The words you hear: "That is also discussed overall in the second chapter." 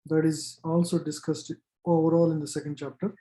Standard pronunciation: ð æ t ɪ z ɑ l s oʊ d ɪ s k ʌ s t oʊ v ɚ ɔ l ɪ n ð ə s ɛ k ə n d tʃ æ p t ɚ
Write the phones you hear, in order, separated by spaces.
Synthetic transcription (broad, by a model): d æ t ɪ z ɑ l s oʊ d ɪ s k ʌ s t oʊ v ɚ ɔ l ɪ n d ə s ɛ k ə n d tʃ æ p t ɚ